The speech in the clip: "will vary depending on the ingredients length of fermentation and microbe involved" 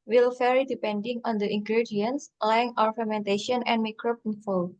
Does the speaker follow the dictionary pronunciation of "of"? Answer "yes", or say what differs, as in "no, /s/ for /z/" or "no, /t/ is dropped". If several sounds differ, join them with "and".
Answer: no, /w/ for /v/